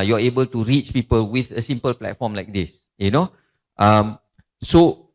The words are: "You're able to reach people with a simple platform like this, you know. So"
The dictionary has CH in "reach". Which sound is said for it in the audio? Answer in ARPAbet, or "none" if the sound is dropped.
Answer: CH